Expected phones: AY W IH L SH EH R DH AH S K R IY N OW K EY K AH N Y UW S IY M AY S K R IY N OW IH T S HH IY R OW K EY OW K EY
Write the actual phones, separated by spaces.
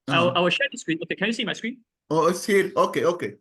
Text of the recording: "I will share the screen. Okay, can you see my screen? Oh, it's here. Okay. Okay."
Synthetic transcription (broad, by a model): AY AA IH W SH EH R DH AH S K R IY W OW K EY K AH N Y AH S IY M AY S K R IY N OW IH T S HH IY R OW K EY OW K EY